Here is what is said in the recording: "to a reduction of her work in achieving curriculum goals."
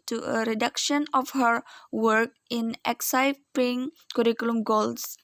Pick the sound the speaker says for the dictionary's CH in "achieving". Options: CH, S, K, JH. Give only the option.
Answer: S